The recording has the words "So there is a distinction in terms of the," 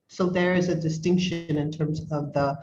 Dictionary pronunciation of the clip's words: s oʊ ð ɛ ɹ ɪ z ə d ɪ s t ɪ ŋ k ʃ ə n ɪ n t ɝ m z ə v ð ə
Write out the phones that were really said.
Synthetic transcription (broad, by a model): s oʊ ð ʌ ɹ ɪ z ə d ɪ s t ɪ ŋ k ʃ ə n ɪ n t ɝ m z ə v ð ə